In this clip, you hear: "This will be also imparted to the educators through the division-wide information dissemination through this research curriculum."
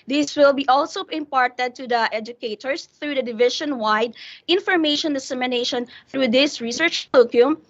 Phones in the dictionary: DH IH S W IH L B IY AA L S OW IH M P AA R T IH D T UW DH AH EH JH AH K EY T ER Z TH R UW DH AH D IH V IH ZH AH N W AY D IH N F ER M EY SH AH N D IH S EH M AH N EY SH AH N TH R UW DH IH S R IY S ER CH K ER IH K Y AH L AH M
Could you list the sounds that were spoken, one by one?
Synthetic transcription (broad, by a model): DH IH S W IH L B IY AA L S OW IH M P AA R T IH D T UW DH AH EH JH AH K EY T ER S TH R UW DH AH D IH V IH SH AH N W AY D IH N F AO M EY SH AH N D IH S EH M AH N EY SH AH N TH R UW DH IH S R IY S ER CH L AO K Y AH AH M